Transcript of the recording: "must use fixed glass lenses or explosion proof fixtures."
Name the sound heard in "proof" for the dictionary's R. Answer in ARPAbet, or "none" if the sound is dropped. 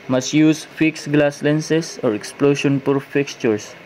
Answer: none